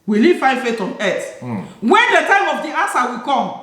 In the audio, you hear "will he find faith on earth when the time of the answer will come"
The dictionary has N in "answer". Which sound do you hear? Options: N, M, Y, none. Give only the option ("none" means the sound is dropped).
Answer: none